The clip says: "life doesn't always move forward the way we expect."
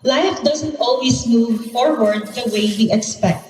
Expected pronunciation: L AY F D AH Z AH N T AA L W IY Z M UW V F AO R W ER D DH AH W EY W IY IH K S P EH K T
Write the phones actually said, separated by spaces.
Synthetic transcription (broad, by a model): L AY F D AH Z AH N T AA L W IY S M UW V F AO R W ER D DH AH W EY W IY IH K S P EH K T